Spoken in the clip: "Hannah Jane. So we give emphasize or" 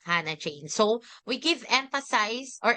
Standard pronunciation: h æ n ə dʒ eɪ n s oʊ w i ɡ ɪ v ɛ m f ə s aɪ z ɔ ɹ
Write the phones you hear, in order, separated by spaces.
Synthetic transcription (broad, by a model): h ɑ n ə tʃ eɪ n s oʊ w i ɡ ɪ v ɛ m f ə s aɪ s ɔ ɹ